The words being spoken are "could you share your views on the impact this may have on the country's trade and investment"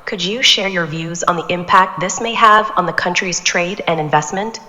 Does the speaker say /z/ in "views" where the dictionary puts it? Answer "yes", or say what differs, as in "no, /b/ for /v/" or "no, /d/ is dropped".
yes